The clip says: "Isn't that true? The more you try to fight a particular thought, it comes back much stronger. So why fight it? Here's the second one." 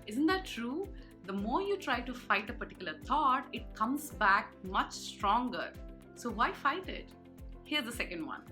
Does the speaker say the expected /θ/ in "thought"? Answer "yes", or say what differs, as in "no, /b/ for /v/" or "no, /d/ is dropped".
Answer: no, /t/ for /θ/